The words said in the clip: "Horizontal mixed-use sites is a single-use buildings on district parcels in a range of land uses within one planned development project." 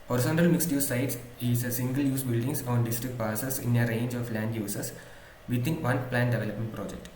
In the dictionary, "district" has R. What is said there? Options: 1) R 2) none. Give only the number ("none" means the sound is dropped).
1